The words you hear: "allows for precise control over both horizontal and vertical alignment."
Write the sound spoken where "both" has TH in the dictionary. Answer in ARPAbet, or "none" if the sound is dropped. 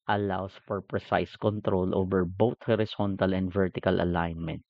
T